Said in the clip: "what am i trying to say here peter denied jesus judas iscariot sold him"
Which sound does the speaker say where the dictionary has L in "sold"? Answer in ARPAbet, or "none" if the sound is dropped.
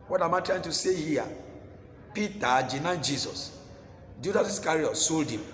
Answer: L